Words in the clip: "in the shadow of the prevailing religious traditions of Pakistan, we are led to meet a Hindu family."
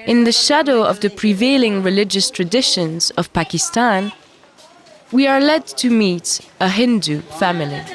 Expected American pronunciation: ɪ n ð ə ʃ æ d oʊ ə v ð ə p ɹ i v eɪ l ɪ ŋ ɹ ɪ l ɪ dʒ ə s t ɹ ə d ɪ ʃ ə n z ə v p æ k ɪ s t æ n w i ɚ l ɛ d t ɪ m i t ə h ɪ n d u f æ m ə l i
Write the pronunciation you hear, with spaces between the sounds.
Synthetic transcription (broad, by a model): ɪ n ð ə ʃ æ d oʊ ə v ð ə p ɹ i v eɪ l ɪ ŋ ɹ ɪ l ɪ dʒ ə s t ɹ ə d ɪ ʃ ə n z ə v p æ k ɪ s t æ n w i ɚ l ɛ d t ɪ m i t ə h ɪ n d u f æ m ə l i